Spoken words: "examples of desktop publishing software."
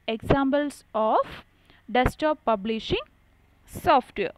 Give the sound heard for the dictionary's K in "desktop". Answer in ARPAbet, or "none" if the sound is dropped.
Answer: none